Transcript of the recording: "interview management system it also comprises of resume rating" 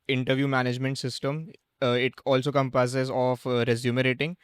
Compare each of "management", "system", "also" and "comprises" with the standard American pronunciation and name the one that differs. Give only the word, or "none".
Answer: comprises